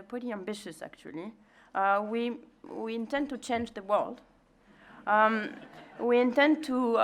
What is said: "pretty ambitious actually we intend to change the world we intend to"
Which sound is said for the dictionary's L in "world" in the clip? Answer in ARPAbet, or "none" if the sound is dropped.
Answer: L